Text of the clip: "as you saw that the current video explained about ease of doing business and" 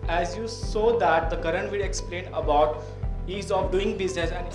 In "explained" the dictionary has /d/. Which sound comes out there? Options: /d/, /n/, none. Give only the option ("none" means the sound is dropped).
none